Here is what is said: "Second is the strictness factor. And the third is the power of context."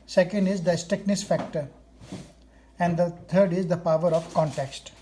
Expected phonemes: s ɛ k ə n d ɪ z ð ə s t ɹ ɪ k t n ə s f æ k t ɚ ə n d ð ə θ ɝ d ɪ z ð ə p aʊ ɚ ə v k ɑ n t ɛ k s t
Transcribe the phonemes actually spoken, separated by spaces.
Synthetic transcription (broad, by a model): s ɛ k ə n d ɪ z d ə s t ɪ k n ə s f æ k t ɚ ə n d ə t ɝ d ɪ z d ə p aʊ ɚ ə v k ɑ n t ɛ k s t